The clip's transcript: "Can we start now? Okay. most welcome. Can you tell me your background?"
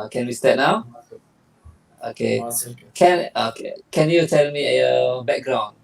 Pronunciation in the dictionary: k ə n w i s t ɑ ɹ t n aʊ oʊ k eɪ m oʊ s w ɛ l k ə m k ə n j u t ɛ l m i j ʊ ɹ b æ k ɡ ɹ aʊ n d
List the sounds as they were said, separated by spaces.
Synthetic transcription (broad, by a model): k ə n w i s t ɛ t n aʊ oʊ k eɪ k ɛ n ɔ k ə k ə n j u t ɛ l m i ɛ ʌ b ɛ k ɡ ɹ aʊ n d